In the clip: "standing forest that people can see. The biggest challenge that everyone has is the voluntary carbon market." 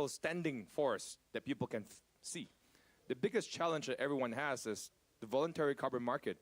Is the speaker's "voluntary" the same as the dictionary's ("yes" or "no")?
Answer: yes